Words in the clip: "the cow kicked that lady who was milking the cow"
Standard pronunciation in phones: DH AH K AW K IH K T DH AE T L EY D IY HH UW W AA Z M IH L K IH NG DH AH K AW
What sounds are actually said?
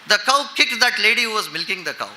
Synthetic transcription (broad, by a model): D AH K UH K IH K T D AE T L EY D IY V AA Z M IH L K IH NG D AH K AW